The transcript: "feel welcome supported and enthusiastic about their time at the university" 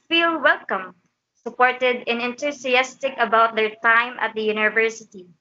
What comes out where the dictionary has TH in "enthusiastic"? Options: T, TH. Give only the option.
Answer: T